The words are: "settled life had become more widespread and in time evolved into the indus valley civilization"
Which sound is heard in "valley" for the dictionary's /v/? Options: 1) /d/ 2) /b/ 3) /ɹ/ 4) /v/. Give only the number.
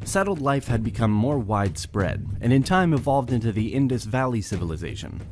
4